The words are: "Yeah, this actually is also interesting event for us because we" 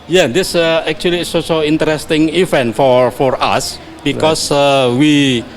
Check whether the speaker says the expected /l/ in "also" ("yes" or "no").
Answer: no